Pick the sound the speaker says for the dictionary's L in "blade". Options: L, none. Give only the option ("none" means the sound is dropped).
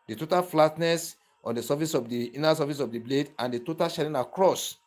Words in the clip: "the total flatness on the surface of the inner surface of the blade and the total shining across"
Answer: L